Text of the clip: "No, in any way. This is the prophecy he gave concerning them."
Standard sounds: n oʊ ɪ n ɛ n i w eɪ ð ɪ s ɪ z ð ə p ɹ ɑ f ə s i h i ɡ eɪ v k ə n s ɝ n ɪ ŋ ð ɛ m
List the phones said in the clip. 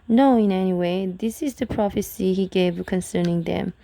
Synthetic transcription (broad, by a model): n oʊ ɪ n ɛ n i w eɪ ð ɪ s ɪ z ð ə p ɹ ɑ f ə s i h i ɡ eɪ v k ə n s ɝ n ɪ ŋ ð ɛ m